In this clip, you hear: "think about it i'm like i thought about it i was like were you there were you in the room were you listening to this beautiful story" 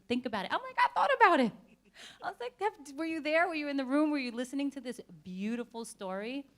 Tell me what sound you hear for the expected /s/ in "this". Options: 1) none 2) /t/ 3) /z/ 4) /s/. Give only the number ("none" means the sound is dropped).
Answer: 4